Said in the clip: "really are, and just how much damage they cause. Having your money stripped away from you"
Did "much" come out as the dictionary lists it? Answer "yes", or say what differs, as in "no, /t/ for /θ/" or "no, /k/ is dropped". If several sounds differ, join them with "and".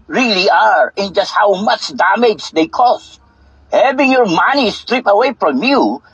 yes